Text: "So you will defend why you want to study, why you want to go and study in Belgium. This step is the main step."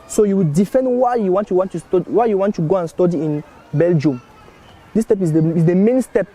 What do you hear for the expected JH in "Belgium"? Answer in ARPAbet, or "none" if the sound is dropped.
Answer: JH